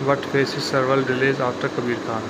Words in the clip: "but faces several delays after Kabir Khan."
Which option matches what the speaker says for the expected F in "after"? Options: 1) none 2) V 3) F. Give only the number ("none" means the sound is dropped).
1